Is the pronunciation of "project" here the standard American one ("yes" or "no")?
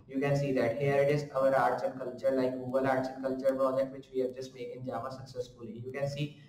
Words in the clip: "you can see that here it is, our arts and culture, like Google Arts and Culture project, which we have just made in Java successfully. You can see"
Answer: no